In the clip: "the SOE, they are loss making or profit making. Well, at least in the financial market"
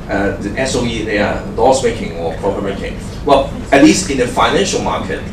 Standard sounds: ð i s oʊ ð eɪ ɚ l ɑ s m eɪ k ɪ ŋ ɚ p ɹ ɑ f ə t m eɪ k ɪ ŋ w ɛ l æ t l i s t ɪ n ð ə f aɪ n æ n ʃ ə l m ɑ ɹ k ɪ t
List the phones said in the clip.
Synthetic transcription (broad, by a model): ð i s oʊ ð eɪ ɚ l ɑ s m eɪ k ɪ ŋ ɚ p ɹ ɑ p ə m eɪ k ɪ ŋ w ɛ l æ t l i s t ɪ n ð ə f aɪ n æ n ʃ ə l m ɑ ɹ k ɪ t